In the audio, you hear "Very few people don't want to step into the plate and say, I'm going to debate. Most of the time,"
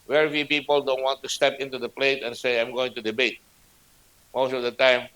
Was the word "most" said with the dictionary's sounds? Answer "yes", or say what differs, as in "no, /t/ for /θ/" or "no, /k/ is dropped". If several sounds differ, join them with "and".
yes